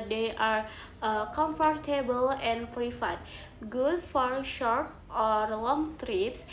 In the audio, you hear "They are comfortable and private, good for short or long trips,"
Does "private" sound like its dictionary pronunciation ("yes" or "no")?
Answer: no